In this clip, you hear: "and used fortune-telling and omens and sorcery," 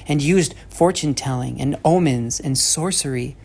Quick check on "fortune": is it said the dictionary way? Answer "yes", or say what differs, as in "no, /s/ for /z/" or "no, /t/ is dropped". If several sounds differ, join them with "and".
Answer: yes